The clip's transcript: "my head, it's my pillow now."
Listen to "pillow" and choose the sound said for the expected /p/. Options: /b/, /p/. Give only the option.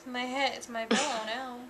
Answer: /b/